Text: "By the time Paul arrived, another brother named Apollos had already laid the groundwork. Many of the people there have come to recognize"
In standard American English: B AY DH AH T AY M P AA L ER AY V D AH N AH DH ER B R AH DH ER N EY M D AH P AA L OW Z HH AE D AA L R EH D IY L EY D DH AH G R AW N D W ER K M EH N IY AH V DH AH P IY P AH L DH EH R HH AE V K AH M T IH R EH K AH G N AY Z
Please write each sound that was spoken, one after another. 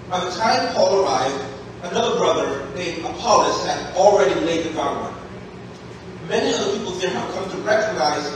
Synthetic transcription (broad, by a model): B AY DH AH T AY M P AA L ER AY V D AH N AH DH ER B R AH DH ER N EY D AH P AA L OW S HH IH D L R EH D IY L EY D DH AH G AW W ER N M EH N IY AH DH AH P IY P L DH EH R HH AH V K AH M T IH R EH K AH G N AY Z